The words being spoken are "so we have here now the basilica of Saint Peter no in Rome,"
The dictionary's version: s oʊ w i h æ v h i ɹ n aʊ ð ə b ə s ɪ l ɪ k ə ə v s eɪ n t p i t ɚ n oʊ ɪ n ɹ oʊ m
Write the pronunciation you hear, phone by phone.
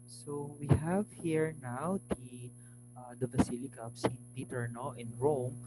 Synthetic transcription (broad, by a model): s oʊ w i h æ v h i ɹ n aʊ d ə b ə s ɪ l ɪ k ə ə p s eɪ n t p i t ɚ n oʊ ɪ n ɹ oʊ m